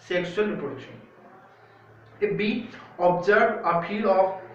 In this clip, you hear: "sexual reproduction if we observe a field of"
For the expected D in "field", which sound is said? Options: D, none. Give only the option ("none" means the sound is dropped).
none